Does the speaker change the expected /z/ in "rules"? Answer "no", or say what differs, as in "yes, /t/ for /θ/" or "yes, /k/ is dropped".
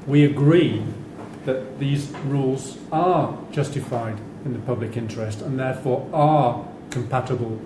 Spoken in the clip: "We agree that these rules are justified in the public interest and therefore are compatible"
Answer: no